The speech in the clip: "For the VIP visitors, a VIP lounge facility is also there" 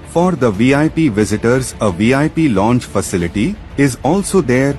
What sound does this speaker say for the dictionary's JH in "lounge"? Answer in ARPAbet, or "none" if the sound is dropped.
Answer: CH